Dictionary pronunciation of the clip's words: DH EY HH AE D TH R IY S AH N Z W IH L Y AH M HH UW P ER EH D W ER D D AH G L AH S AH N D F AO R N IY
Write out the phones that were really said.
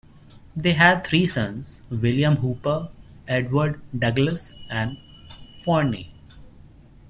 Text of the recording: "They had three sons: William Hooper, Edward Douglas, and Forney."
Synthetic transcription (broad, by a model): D EY HH AE D T R IY S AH N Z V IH L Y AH M HH UW P ER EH D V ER D D AH G L AH S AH N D F AO R N IY